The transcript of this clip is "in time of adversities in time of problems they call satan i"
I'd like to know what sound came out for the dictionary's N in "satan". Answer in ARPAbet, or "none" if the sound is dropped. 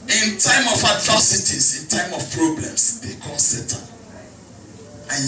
none